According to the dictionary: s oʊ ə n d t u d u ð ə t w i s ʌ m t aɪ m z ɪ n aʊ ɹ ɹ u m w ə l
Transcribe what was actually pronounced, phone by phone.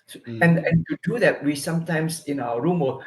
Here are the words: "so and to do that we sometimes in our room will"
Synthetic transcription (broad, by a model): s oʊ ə n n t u d u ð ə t w i s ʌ m t aɪ m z ɪ n aʊ w ɹ u m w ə